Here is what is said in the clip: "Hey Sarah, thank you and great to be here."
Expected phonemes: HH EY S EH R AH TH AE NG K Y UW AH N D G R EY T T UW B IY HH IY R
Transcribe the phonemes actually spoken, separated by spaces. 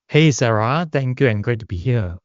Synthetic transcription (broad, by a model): HH EY S EH R AH T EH NG K Y UW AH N G R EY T T UW B IY HH IY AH